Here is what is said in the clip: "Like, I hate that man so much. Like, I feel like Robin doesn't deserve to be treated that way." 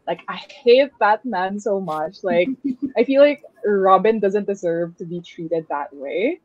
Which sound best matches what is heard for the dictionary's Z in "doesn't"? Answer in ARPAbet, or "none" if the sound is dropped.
Z